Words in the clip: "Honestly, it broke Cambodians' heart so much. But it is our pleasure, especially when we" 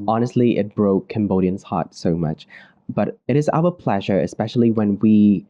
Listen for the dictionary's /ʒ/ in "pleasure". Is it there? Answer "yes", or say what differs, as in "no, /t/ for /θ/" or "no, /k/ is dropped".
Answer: yes